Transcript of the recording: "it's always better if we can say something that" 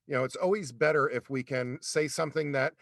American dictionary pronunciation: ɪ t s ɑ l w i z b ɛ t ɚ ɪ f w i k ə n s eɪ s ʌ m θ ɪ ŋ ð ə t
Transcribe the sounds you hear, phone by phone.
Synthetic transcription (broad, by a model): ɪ t s ɑ l w i z b ɛ t ɚ ɪ f w i k ə n s eɪ s ʌ m θ ɪ ŋ ð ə t